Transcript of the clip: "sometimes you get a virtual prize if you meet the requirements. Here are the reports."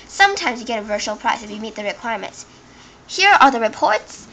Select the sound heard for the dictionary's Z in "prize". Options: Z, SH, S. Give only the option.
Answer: S